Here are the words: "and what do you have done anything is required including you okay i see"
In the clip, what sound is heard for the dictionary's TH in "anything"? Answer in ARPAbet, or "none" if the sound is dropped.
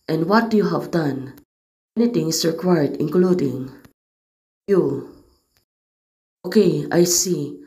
T